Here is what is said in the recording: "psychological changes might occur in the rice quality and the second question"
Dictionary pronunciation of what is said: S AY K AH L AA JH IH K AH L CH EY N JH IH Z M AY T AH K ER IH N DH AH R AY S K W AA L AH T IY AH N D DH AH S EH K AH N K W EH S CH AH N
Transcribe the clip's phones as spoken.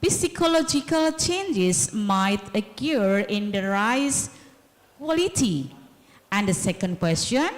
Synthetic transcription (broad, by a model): S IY K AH L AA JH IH K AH L CH EY N JH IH S M AY T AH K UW IH N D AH R AY S K W AA L AH T IY AH N D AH S EH K AH N K W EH S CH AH N